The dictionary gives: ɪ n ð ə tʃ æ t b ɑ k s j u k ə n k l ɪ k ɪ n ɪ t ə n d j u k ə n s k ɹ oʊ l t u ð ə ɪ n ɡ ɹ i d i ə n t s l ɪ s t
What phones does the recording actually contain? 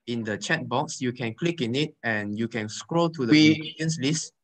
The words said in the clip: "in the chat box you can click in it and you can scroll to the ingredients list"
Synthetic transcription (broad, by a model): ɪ n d ə tʃ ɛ t b ɑ k s j u k ə n k l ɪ k ɪ n ɪ t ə n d j u k ə n s k ɹ oʊ l t u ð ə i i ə n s l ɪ s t